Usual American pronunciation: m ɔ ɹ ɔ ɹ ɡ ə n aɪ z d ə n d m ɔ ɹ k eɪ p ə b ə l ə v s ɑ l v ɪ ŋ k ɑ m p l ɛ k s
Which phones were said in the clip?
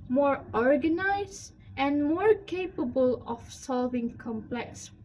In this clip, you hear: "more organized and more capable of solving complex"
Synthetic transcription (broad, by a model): m ɔ ɹ ɔ ɹ ɡ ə n aɪ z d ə n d m ɔ ɹ k eɪ p ə b ə l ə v s ɑ l v ɪ ŋ k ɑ m p l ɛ k s